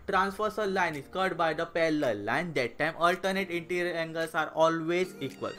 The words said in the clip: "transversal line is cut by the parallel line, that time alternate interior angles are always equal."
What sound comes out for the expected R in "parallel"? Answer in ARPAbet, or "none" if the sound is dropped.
L